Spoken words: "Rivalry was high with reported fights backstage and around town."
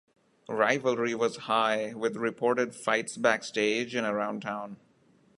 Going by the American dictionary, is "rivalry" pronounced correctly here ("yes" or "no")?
yes